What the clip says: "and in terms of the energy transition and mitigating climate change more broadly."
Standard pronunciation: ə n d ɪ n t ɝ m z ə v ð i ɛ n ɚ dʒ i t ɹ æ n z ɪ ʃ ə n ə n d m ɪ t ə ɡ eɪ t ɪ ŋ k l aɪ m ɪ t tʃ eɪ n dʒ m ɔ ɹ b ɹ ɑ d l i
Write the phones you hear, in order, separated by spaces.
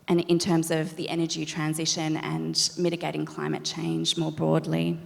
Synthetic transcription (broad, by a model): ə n ɪ n t ɝ m z ə v ð i ɛ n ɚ dʒ i t ɹ æ n z ɪ ʃ ə n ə n m ɪ t ə ɡ eɪ t ɪ ŋ k l aɪ m ɪ t tʃ eɪ n dʒ m ɔ ɹ b ɹ ɑ d l i